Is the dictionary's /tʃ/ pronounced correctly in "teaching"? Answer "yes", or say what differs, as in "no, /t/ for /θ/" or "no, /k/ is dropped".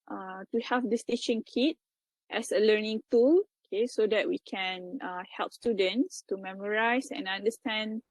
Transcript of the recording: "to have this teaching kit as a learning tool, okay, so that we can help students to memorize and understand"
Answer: no, /ʃ/ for /tʃ/